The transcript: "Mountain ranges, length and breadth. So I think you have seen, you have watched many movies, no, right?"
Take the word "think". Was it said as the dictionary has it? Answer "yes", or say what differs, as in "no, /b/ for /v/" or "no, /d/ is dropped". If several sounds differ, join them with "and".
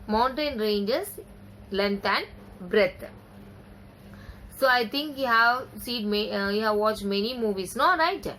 no, /t/ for /θ/